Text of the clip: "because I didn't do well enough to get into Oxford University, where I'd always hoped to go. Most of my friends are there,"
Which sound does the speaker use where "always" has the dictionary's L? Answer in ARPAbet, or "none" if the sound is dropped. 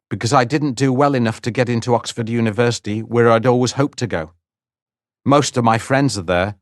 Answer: L